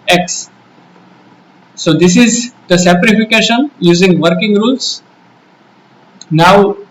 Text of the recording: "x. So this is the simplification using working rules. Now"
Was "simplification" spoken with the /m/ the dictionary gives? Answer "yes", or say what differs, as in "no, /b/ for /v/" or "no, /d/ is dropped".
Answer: no, /m/ is dropped